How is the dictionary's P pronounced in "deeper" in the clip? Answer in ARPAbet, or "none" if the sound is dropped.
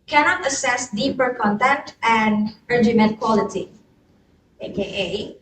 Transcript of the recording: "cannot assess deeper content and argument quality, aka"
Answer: P